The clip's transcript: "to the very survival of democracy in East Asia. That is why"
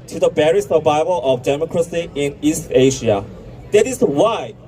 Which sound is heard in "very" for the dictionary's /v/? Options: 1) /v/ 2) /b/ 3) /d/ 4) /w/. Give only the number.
2